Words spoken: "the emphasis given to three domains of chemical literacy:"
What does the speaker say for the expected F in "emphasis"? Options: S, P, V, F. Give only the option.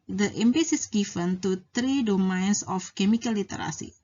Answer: P